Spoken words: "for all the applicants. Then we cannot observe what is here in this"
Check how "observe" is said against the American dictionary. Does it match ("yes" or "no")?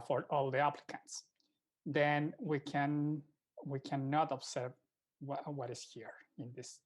no